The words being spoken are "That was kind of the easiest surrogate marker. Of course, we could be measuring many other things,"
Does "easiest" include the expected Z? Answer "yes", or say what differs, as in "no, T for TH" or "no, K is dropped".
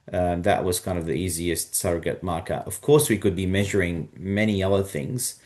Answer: yes